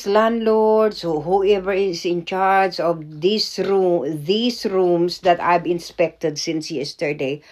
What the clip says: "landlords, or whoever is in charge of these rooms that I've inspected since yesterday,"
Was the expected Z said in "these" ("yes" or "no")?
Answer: no